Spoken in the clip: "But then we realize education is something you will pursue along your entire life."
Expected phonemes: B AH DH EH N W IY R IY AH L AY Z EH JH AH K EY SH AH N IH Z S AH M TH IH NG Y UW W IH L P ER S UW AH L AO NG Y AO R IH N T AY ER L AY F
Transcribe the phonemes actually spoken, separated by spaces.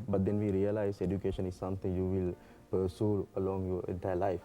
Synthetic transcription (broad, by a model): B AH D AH N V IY R IY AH L AY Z EH JH AH K EY SH AH N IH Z S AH M T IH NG Y UW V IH L P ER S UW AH L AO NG Y AO R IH N T AY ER L AY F